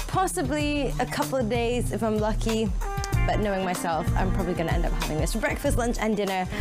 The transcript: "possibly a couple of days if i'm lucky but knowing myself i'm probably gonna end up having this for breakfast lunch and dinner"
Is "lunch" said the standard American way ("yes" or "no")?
yes